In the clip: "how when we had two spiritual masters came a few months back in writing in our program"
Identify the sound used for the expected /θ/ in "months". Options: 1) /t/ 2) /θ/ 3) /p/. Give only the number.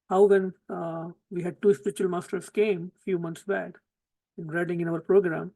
1